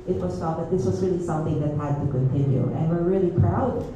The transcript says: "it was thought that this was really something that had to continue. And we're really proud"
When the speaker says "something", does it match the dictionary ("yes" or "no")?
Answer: yes